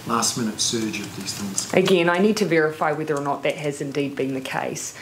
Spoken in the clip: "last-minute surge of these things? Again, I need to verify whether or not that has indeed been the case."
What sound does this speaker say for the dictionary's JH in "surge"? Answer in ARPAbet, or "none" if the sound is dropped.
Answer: JH